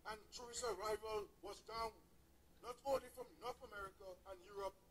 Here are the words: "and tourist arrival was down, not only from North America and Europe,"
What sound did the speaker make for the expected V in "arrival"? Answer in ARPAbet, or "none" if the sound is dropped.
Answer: V